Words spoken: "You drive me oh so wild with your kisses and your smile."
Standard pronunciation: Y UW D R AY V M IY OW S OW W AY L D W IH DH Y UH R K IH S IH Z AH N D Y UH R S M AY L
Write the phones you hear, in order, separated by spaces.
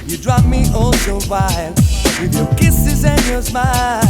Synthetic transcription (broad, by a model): Y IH D R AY P M IY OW S OW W AY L W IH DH Y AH R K IH S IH Z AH N Y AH R S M AY